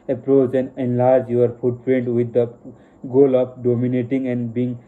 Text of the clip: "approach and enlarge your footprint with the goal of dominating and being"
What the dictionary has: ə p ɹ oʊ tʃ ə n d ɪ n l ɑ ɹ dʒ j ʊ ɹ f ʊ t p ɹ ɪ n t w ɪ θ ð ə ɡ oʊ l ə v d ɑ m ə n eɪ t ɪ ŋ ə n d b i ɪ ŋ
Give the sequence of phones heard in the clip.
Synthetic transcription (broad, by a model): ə p ɹ oʊ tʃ ə n d ɪ n l ɑ ɹ dʒ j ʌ ɹ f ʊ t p ɹ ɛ n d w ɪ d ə ɡ oʊ l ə p d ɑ m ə n eɪ t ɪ ŋ ə n d b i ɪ ŋ